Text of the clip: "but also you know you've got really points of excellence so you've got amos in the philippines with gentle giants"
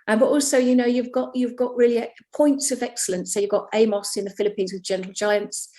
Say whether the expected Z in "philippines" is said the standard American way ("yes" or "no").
yes